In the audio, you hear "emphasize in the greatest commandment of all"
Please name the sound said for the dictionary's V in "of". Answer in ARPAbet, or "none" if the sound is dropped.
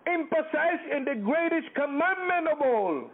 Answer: B